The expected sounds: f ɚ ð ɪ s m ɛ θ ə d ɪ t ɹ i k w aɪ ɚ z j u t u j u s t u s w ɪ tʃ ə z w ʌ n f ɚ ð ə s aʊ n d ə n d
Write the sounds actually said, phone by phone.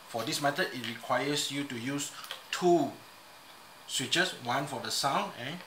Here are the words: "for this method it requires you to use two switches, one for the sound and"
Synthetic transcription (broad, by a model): f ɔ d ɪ s m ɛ t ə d ɪ t ɹ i k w aɪ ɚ s j u t u j u s t u s w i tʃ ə s w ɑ n f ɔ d ə s aʊ n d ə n